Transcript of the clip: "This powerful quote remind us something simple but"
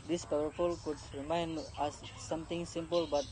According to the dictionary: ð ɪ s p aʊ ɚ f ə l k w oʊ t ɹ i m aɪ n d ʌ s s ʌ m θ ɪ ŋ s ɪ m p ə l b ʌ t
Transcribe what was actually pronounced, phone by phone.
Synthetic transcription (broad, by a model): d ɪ s p aʊ ɚ f ə l k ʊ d ɹ i m aɪ n d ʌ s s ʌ m t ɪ ŋ s ɪ m p ə l b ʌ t